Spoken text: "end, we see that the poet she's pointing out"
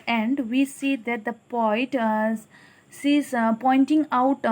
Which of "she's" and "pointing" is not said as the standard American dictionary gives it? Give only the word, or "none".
she's